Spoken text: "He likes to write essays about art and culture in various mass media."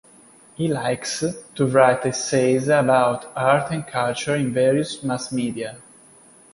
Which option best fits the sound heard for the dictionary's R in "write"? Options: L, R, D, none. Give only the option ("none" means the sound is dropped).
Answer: R